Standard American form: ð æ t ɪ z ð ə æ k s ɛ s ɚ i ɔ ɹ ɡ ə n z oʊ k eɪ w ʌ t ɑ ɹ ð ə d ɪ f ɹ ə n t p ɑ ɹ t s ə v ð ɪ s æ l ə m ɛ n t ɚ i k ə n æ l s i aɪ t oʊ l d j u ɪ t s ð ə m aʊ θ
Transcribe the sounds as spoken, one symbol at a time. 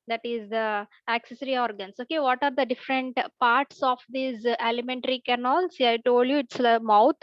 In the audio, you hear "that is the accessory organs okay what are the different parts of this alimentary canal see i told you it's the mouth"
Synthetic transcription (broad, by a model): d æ t ɪ z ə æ k s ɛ s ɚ i ɔ ɹ ɡ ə n s oʊ k eɪ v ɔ t ɑ ɹ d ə d ɪ f ɹ ə n t p ɑ ɹ t s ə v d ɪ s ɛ l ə m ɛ n t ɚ i k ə n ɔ l s i aɪ t oʊ l d j u ɪ t s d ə m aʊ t